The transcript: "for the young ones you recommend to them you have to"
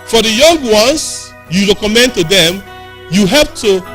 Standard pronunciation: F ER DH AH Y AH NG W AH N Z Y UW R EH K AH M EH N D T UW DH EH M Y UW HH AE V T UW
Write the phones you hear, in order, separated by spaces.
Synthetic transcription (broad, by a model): F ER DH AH Y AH NG W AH N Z Y UW R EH K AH M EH N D T UW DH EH M Y UW HH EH P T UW